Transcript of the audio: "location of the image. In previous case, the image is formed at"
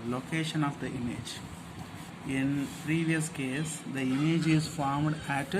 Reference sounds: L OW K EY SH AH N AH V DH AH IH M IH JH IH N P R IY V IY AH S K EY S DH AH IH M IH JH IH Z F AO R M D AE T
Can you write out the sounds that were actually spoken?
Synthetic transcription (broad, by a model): L OW K EY SH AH N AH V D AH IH M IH JH IH N P R IY V IY AH S K EY S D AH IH M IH JH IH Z F AO R M D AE T